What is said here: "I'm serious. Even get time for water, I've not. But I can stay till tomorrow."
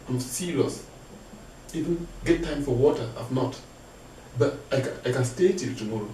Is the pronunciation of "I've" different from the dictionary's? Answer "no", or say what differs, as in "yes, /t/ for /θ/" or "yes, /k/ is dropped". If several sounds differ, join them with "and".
yes, /f/ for /v/